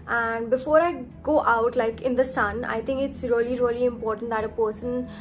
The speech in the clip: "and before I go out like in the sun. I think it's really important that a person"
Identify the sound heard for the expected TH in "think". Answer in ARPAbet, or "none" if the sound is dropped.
T